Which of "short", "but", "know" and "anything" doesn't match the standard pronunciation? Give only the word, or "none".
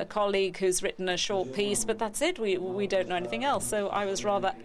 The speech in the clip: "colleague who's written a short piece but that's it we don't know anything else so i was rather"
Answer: none